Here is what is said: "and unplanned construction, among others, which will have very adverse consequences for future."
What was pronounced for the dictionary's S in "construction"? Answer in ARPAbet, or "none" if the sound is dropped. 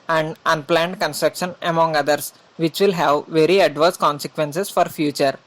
S